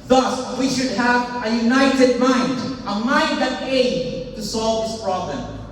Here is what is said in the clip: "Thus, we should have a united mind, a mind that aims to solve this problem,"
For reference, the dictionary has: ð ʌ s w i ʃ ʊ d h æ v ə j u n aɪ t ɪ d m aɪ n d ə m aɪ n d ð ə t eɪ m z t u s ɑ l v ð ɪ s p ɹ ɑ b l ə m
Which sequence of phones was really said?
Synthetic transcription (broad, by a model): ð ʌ s w i ʃ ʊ d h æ v ə j u n aɪ t ɪ d m aɪ n d ə m aɪ n d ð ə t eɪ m t u s ɑ l v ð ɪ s p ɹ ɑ b l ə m